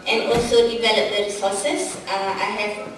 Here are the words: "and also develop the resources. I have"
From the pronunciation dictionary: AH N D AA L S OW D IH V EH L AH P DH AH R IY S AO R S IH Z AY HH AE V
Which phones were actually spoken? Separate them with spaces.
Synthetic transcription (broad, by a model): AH N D AA L S OW D IH V EH L AH P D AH R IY S AO S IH S AY HH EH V